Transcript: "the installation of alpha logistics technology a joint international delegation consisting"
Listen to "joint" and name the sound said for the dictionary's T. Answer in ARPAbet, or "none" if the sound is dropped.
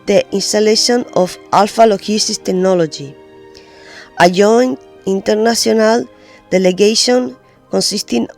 none